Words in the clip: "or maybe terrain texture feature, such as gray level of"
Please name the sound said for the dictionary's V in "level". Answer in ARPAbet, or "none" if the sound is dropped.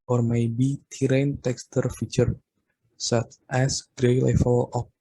F